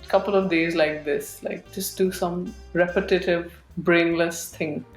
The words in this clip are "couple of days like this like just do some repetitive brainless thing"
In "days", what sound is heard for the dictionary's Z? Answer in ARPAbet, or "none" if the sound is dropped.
Z